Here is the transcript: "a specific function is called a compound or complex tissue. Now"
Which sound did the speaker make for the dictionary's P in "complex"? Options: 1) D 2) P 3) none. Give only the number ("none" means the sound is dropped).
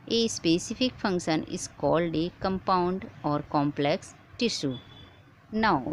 2